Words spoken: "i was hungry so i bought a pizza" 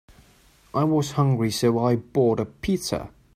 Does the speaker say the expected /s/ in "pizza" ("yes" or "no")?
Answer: no